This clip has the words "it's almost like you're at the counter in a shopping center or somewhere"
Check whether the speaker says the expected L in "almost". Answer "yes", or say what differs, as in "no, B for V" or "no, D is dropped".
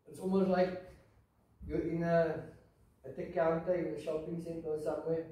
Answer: yes